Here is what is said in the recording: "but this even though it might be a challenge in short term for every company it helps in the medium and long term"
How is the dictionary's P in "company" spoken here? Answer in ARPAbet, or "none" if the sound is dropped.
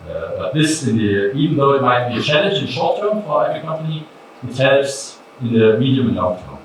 P